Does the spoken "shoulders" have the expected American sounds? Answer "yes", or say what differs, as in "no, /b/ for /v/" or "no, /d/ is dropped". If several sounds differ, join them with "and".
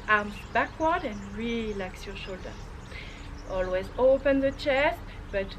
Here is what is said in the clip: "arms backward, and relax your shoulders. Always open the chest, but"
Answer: no, /z/ is dropped